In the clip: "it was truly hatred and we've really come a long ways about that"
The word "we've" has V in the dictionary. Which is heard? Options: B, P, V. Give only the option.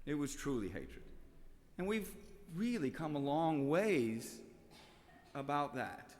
V